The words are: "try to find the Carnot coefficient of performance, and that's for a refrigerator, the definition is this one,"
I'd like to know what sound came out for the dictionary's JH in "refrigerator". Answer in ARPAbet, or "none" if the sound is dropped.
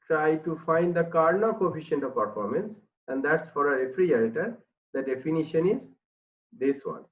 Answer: none